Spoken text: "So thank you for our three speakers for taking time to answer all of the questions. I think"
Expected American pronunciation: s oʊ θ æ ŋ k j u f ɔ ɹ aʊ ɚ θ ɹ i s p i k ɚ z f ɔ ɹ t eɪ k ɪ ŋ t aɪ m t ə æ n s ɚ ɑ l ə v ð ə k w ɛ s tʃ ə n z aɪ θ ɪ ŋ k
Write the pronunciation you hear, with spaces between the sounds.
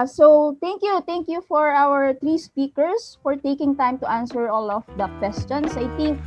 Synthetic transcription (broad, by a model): s oʊ t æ ŋ k j u f ɔ ɹ aʊ ɚ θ ɹ i s p i k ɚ s f ɔ ɹ t eɪ k ɪ ŋ t aɪ m t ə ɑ n s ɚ ɑ l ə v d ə k w ɛ s tʃ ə n s aɪ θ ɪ ŋ k